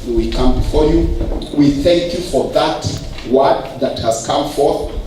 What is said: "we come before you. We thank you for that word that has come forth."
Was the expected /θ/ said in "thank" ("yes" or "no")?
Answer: yes